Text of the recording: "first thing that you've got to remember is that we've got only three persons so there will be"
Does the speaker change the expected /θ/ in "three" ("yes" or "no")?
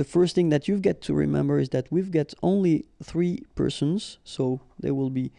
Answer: no